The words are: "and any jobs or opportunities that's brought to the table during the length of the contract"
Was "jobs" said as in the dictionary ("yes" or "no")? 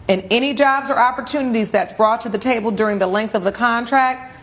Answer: yes